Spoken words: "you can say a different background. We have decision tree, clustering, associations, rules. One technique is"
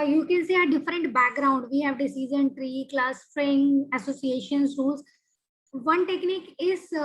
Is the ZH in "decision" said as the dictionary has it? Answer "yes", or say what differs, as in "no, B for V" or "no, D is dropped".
no, Z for ZH